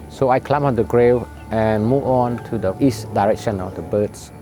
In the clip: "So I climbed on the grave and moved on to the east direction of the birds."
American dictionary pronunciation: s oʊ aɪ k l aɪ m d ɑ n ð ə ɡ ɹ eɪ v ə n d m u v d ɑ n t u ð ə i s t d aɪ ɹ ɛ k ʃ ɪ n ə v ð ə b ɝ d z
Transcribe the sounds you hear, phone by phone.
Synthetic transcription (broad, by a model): s oʊ aɪ k l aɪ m ɑ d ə ɡ ɹ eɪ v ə n m u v ɑ n t u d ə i s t d aɪ ɹ ɛ k ʃ ɪ n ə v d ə b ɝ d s